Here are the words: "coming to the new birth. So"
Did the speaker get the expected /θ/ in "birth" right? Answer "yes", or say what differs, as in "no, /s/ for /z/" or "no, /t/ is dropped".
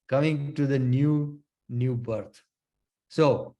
no, /t/ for /θ/